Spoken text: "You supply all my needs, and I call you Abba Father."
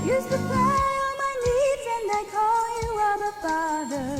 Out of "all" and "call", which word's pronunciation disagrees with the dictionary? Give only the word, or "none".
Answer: all